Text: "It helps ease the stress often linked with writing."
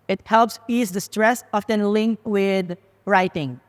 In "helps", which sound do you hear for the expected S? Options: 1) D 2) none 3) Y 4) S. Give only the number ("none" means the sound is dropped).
4